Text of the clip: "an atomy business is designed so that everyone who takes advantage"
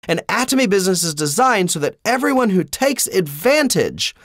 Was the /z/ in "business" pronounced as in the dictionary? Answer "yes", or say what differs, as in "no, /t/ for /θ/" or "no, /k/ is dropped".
yes